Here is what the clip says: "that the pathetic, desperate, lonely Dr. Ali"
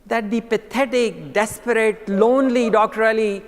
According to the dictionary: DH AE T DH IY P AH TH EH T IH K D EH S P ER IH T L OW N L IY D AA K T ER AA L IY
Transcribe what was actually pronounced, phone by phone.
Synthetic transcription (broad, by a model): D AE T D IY P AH T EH T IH K D EH S P ER IH T L OW N L IY D AA K T ER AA L IY